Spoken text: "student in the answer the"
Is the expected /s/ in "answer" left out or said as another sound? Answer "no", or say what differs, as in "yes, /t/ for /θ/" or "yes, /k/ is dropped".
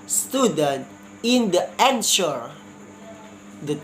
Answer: yes, /ʃ/ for /s/